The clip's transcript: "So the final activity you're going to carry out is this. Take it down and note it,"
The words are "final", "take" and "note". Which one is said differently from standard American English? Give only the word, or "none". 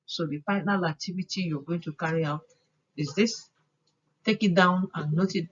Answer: final